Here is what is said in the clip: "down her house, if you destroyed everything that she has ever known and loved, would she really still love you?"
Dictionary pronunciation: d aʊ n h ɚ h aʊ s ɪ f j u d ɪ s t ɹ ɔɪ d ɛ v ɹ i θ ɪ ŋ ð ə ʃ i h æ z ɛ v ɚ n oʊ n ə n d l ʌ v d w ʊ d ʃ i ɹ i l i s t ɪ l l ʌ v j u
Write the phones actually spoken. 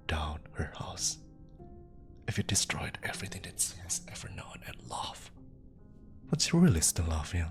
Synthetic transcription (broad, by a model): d aʊ n h ɚ h aʊ s ɪ f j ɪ d ɪ s t ɹ ɔɪ d ɛ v ɹ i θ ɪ ŋ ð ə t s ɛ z ɛ v ɚ n oʊ n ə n l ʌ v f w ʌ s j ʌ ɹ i l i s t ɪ n l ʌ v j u